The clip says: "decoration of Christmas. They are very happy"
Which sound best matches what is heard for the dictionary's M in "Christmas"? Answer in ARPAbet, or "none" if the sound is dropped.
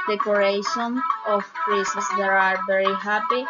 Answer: none